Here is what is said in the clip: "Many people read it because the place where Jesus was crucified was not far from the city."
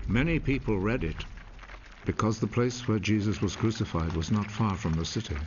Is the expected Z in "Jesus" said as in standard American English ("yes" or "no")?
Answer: yes